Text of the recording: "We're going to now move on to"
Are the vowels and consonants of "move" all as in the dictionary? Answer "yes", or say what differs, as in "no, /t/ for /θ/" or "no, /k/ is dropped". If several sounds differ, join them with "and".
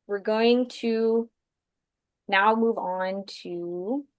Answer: yes